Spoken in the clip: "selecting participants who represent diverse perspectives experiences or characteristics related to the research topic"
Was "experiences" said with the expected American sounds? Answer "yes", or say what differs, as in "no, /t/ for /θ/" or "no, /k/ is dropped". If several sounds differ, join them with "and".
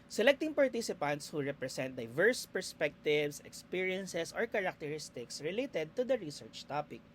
no, /s/ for /z/